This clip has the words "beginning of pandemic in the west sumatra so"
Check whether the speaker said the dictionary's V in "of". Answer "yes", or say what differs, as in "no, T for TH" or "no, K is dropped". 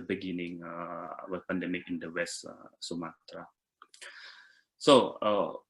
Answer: no, W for V